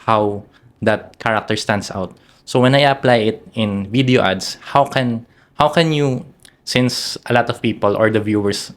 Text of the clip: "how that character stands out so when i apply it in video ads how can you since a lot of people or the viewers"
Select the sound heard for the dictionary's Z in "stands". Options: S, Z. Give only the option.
S